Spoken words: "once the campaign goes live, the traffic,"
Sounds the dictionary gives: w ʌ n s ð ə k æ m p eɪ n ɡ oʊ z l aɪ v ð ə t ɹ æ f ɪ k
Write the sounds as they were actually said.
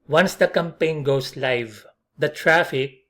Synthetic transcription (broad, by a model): w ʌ n s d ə k æ m p eɪ n ɡ oʊ s l aɪ v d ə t ɹ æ f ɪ k